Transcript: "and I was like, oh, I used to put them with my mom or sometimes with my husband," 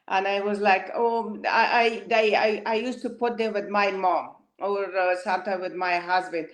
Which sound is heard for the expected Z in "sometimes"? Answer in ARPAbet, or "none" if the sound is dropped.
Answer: none